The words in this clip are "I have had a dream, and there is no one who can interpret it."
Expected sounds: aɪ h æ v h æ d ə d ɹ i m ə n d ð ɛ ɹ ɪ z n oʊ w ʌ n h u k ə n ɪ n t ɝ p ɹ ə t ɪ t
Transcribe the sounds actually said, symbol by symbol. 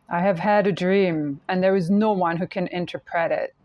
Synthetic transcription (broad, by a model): aɪ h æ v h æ d ə d ɹ i m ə n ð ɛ ɹ ɪ z n oʊ w ʌ n h u k ə n ɪ n t ɝ p ɹ ə t ɪ t